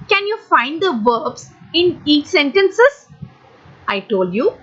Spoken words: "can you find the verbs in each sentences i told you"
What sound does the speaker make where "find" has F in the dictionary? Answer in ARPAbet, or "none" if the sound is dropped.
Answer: F